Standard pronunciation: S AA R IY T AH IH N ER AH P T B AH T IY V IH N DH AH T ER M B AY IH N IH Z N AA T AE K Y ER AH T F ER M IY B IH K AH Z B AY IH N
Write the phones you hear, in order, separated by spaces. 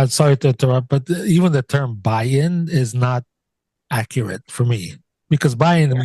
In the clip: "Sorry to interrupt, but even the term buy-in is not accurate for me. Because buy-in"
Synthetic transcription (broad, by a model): S AA R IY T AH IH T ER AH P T B AH T IY V IH N DH AH T ER M B AY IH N IH Z N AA T AE K Y ER AH T F ER M IY B IH K AH Z B AY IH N